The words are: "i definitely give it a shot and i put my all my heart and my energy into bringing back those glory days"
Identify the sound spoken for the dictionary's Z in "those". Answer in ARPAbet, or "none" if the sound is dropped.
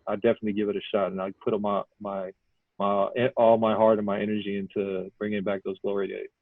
Z